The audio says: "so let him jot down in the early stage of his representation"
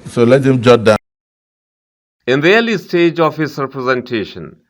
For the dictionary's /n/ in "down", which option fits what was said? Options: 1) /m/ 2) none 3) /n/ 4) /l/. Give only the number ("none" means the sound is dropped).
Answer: 2